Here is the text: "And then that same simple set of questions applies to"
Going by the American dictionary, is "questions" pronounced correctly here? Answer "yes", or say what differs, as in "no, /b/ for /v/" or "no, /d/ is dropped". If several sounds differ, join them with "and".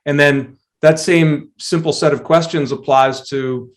yes